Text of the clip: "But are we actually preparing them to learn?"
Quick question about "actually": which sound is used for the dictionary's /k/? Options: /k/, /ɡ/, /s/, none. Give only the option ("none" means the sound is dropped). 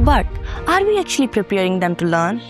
/k/